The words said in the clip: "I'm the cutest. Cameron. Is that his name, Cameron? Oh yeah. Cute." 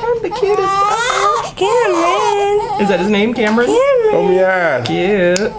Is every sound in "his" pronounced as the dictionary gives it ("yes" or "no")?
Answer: yes